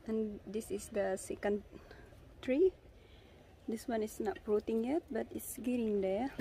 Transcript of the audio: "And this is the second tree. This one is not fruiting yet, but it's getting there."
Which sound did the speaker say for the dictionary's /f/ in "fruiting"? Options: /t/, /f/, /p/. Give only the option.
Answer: /p/